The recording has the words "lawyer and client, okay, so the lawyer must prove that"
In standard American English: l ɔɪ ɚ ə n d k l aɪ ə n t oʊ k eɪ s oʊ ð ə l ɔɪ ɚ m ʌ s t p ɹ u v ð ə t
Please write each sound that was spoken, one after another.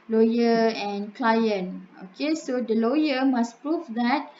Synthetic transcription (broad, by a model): l ɔɪ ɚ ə n k l aɪ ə n oʊ k eɪ s oʊ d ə l ɔɪ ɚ m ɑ s p ɹ u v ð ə t